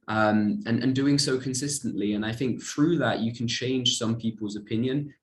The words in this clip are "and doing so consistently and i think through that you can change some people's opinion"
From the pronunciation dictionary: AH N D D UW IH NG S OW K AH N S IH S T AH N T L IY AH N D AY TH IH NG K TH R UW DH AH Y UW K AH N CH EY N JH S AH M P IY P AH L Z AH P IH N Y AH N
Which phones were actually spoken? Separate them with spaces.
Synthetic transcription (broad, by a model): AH N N D UW IH NG S OW K AH N S IH S T AH N T L IY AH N AY TH IH NG K TH R UW DH AH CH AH K AH N CH EY N ZH S AH M P IY P AH L Z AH P IH N Y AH N